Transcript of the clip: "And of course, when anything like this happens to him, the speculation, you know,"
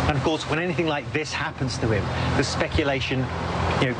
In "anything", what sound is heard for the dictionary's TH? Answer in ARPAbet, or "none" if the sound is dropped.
TH